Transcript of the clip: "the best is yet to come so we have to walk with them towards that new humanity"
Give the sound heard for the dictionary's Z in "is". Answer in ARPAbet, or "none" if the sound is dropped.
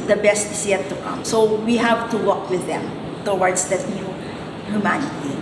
S